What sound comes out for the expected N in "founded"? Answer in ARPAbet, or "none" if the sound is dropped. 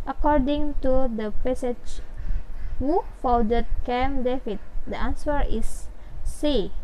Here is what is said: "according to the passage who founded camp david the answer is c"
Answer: none